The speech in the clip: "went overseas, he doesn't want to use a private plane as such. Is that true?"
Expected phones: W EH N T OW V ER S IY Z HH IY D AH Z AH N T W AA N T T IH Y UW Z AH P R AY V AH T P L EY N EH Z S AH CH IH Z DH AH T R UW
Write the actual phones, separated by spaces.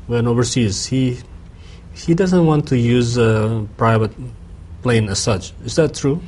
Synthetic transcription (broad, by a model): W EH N OW V ER S IY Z HH IY D AH Z AH N T W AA N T T IH Y UW Z AH P R AY V AH T P L EY N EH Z S AH CH IH Z DH AH T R UW